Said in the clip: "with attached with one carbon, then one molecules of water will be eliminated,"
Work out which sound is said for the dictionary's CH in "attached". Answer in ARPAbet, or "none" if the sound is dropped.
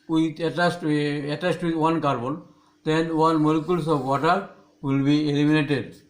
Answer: S